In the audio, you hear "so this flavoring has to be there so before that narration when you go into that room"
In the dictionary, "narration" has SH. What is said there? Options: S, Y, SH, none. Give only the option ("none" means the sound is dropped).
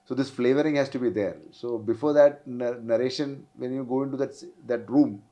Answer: SH